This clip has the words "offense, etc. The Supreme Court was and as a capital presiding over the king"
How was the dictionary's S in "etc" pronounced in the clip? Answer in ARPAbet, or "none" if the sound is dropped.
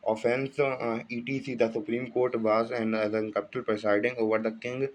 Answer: none